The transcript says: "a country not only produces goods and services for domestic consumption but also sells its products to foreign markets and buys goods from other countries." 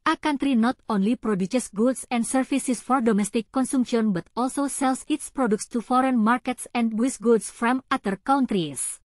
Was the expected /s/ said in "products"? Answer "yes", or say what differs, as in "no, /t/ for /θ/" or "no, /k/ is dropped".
yes